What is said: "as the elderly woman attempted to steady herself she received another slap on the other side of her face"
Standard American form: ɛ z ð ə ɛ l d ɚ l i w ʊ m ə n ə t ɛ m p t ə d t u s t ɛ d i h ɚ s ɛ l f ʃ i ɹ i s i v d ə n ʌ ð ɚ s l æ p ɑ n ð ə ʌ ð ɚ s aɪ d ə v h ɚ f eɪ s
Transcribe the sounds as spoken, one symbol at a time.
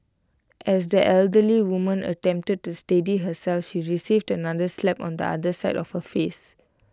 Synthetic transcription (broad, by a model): ɛ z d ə ɛ l d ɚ l i w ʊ m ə n ə t ɛ m p t ə d t u s t ɛ d i h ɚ s ɛ l f ʃ i ɹ i s i v d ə n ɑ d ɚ s l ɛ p ɑ n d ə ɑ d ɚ s aɪ d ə f h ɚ f eɪ s